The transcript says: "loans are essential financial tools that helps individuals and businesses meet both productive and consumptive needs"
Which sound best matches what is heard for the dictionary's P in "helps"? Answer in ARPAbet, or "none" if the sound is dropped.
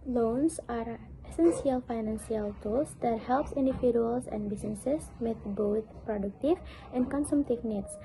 P